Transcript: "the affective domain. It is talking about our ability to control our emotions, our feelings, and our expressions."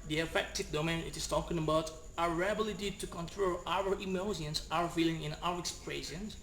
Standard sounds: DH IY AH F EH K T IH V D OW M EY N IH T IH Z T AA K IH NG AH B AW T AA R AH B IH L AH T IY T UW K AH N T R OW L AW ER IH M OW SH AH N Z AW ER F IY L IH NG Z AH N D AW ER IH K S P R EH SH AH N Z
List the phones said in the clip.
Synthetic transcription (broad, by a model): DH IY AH F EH K T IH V D OW M EY N IH T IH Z T AA K IH NG AH B AW T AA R AH B IH L AH T IY T UW K AH N T R OW L AW ER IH M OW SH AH N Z AW ER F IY L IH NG AH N AW ER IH K S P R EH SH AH N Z